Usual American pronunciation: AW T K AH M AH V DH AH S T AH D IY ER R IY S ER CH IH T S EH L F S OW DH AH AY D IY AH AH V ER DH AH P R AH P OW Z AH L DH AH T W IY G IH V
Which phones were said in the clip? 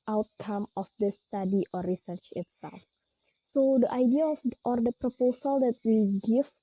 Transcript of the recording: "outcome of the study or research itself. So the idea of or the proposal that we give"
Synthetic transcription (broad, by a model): AW T K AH M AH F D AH S T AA D IY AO R IY S ER CH IH T S EH L F S OW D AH AY D IY AH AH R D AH P R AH P OW S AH L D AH T W IY G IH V